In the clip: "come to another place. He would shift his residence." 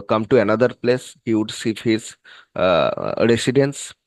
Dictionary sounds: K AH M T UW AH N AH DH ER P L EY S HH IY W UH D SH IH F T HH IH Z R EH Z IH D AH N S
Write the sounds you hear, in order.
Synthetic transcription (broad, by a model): K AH M T UW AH N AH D ER P L EY S HH IY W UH D S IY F HH IH Z R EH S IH D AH N S